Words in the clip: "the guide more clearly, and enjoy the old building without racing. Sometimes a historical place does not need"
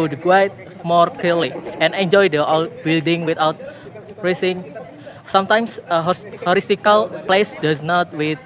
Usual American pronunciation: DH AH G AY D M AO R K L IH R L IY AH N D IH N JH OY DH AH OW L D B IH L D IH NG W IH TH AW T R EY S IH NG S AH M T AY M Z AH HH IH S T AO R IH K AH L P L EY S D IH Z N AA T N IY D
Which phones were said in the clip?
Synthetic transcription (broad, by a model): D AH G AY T M AO R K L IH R L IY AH N IH N JH OY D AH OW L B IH L D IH NG W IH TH AW T R EY S IH NG S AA M T AY M S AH HH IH T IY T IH K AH L P L EY S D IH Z N AA T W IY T